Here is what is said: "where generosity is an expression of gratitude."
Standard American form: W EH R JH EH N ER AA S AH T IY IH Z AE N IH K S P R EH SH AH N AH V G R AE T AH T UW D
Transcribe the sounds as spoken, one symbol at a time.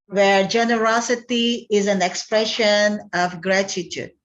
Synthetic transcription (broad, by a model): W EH R JH EH N ER AA S AH T IY IH Z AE N IH K S P R EH SH AH N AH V G R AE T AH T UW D